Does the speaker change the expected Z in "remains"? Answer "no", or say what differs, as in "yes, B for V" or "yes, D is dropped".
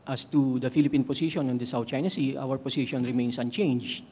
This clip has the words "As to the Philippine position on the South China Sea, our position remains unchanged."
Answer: yes, S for Z